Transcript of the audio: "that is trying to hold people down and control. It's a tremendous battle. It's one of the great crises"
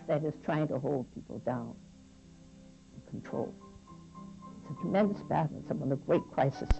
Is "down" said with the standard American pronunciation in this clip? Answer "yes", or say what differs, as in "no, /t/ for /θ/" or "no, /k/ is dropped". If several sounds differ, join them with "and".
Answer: no, /n/ is dropped